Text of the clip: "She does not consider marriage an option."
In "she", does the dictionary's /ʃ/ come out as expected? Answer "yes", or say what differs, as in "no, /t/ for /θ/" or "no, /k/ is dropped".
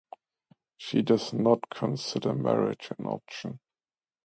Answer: yes